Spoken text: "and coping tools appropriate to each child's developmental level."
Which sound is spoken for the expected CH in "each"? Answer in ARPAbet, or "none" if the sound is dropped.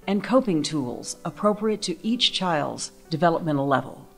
CH